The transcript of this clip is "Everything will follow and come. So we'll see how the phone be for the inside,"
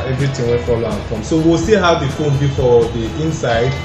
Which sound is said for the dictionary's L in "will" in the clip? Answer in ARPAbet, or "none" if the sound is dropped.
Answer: N